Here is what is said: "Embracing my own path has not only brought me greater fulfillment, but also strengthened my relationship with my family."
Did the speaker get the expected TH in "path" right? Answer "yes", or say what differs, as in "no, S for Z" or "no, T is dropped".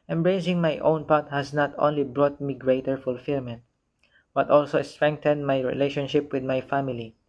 no, T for TH